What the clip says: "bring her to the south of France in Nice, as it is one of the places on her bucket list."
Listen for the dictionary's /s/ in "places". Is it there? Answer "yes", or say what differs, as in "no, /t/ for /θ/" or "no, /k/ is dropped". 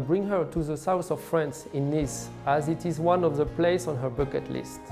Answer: no, /s/ is dropped